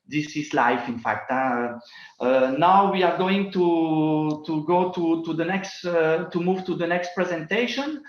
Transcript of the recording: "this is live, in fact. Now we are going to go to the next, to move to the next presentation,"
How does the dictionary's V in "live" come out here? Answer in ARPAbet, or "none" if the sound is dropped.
F